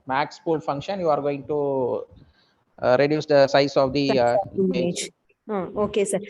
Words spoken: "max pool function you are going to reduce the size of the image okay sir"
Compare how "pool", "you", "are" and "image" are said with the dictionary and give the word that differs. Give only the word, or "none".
image